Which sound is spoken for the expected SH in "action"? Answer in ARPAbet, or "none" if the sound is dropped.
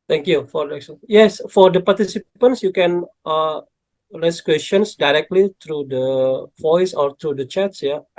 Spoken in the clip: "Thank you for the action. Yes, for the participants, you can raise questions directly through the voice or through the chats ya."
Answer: S